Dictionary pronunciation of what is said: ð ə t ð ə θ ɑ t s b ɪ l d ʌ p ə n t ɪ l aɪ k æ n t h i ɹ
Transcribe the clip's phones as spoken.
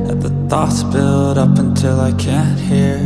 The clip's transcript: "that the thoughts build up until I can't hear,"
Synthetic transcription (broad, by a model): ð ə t ð ə θ ɑ t s b ɪ l d ʌ p ə n t ɪ l aɪ k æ n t h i ɹ